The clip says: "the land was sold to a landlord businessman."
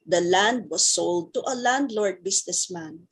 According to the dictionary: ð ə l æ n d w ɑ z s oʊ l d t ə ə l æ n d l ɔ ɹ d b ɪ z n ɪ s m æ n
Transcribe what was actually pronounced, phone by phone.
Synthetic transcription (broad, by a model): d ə l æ n d w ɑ s oʊ l d t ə ə l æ n d l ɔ ɹ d b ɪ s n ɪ s m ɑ n